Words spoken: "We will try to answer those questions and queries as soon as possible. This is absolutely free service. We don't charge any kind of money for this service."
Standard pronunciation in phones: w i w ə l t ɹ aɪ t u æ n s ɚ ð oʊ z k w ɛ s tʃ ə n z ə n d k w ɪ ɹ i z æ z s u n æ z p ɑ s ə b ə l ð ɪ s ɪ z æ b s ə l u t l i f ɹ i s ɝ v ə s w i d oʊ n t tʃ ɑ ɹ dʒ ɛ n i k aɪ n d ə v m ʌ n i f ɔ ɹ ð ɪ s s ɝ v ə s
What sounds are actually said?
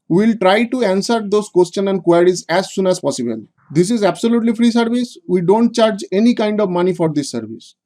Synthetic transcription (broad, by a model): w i l t ɹ aɪ t u æ n s ɚ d oʊ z k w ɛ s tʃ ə n ə n d k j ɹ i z æ z s u n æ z p ɑ s ə b ə l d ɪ s ɪ z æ b s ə l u t l i f ɹ i s ɝ v ə s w i d oʊ n t tʃ ɑ ɹ dʒ ɛ n i k aɪ n d ə v m ʌ n i f ɔ ɹ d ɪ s s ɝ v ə s